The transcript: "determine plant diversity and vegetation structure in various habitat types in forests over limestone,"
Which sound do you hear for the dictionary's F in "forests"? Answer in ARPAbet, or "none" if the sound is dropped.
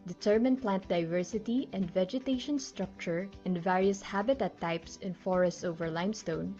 F